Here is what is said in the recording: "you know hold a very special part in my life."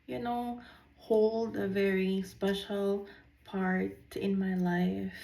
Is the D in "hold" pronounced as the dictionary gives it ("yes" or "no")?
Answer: yes